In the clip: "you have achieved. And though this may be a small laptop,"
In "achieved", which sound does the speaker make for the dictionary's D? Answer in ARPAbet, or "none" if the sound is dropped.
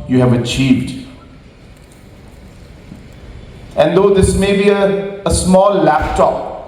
D